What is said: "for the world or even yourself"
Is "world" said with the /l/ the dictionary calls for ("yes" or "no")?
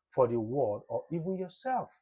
no